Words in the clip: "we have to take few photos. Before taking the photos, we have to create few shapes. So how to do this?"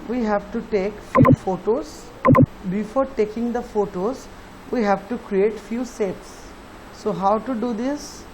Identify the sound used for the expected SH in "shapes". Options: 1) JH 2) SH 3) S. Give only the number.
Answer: 3